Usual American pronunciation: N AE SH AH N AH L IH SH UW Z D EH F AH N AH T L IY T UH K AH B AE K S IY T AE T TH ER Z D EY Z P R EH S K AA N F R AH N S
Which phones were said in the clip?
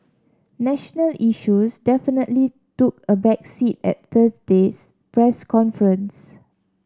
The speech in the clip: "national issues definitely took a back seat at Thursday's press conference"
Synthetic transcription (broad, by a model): N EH SH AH N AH L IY SH UW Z D EH F AH N AH T L IY T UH K AH B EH K S IY T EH T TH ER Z D EY S P R EH S K AA N F R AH N S